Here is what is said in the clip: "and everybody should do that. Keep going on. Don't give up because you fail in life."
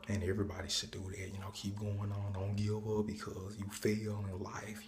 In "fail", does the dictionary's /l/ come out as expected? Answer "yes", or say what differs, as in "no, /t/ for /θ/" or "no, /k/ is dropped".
no, /n/ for /l/